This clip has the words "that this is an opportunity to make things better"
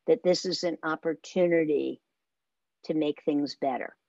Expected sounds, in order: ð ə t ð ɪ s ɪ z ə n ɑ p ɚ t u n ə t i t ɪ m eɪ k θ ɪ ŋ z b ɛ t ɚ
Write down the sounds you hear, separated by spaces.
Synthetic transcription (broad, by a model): ð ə t ð ɪ s ɪ z ə n ɑ p ɚ t u n ə t i t ɪ m eɪ k θ ɪ ŋ z b ɛ t ɚ